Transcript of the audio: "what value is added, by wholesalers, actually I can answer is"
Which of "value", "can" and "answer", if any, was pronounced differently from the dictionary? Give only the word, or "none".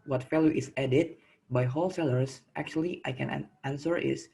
value